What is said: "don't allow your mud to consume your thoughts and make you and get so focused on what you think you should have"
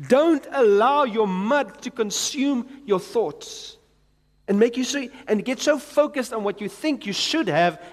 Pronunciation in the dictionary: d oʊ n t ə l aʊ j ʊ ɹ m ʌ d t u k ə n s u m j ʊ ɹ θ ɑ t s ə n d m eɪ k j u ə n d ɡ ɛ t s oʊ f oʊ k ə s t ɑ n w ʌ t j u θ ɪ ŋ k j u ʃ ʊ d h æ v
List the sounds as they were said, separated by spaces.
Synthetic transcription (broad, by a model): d oʊ n t ə l aʊ j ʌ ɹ m ʌ d t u k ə n s u m j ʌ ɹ θ ɑ t s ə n m eɪ k j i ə n ɡ ɛ t s oʊ f oʊ k ə s t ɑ n w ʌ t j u θ ɪ ŋ k j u ʃ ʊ d h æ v